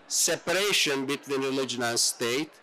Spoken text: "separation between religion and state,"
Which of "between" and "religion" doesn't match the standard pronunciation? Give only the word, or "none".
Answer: none